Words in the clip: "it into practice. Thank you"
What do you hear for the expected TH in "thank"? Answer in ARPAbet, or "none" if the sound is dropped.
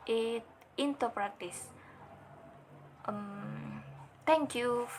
T